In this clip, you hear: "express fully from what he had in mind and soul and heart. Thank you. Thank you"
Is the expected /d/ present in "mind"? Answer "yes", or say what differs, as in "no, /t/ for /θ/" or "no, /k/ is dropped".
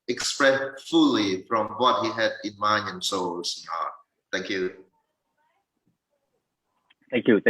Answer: no, /d/ is dropped